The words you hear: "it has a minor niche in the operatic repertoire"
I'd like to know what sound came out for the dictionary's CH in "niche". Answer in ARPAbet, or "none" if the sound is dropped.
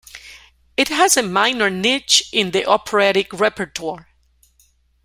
CH